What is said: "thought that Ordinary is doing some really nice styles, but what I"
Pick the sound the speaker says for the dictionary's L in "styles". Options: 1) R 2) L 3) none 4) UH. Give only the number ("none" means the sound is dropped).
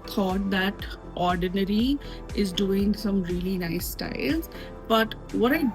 2